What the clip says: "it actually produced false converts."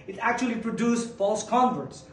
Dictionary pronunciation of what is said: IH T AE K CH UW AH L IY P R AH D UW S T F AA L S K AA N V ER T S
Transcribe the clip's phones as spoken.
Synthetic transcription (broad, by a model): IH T AE K CH UW AH L IY P R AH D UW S F AA L S K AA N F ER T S